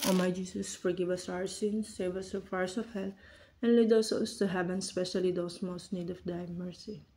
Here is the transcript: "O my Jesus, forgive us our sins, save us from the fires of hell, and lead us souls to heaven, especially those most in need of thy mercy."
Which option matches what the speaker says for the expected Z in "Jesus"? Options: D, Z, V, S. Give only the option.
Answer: S